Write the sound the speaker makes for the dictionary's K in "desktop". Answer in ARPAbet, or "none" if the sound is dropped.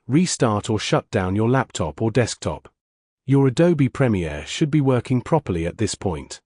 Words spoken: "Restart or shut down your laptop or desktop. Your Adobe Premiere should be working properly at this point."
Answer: K